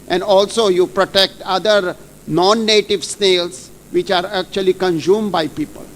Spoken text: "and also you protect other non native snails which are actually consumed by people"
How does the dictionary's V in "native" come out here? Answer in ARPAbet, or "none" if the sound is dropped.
V